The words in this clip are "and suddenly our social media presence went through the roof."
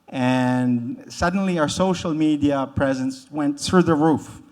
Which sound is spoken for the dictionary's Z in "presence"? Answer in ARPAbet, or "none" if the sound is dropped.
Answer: Z